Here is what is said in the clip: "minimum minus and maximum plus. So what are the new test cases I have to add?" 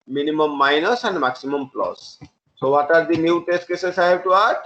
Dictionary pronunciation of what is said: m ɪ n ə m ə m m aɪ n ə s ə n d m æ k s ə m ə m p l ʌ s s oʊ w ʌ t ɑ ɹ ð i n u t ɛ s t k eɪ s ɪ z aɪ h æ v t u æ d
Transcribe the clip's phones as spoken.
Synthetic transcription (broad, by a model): m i n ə m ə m m aɪ n ə s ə n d m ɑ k s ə m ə m p l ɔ s s oʊ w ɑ t ɑ ɹ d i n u t ɛ s t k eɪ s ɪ s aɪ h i b t u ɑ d